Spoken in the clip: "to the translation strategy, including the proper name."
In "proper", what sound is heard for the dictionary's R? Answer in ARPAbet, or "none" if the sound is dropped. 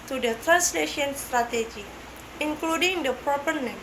R